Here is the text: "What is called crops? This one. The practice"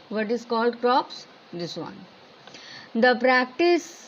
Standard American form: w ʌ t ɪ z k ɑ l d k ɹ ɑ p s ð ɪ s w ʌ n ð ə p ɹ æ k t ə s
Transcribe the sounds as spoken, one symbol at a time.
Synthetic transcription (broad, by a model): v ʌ t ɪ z k ɑ l d k ɹ ɑ p s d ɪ s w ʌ n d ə p ɹ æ k t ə s